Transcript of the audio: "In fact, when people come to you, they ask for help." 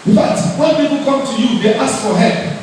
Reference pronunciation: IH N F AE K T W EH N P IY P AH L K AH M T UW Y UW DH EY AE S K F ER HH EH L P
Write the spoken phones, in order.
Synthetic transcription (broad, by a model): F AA T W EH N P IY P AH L K AH M T UW Y UW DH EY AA S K F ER HH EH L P